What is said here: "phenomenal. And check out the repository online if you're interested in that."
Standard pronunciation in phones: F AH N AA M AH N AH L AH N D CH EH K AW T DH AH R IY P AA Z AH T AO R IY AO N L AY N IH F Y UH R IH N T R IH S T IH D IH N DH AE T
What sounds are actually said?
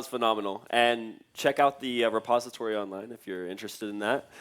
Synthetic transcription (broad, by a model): F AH N AA M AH N L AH N CH EH K AW T DH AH R IY P AA Z AH T AO R IY AO N L AY N IH F Y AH R IH N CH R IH S T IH D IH N DH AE T